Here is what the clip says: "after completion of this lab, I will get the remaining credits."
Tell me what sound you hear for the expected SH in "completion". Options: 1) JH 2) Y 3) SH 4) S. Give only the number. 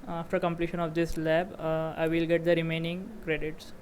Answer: 3